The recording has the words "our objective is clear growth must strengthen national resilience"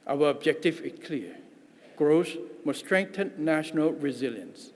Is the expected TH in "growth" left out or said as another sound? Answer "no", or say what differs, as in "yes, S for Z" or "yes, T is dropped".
yes, S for TH